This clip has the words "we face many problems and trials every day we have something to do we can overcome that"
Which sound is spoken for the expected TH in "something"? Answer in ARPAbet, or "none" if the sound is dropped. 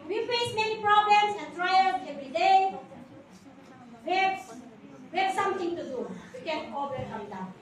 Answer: T